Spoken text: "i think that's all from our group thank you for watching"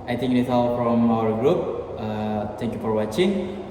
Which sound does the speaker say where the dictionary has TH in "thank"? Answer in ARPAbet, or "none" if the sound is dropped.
T